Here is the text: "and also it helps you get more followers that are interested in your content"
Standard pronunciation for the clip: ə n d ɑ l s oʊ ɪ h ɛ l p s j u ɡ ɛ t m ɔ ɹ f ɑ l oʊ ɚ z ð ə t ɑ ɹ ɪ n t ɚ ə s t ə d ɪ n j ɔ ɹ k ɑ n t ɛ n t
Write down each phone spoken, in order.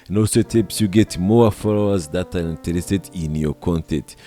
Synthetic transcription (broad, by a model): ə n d ɑ l s oʊ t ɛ p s j u ɡ ɛ t m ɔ f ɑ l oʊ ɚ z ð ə t ɑ ɹ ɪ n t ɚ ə s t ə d ɪ n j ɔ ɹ k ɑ n t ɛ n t